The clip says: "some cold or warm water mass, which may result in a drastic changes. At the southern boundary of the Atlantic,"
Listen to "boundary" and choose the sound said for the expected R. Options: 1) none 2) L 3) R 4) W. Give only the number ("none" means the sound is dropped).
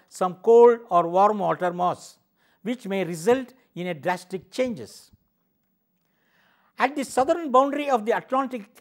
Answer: 3